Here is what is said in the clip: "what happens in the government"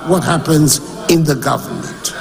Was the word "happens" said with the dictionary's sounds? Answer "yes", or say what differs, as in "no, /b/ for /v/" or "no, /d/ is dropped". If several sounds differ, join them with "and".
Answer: yes